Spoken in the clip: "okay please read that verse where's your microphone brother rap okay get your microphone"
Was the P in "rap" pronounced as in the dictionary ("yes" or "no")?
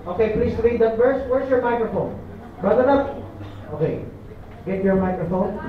no